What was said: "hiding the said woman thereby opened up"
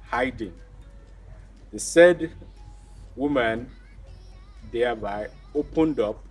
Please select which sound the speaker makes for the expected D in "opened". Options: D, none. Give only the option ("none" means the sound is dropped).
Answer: D